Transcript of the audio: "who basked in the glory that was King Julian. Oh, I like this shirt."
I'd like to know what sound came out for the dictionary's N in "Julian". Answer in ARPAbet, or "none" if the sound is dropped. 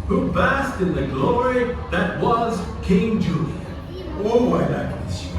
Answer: none